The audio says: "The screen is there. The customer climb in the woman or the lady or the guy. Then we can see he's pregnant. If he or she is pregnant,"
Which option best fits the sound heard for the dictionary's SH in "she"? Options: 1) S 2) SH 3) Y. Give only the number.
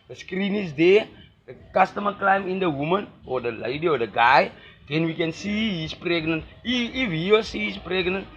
1